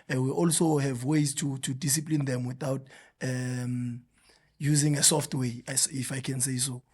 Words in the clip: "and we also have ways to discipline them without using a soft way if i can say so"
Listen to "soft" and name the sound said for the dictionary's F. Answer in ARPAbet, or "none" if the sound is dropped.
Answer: F